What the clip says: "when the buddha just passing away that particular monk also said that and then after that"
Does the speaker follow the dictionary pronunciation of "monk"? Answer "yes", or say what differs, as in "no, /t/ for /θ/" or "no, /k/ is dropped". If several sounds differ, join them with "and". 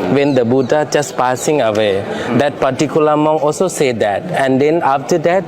no, /k/ is dropped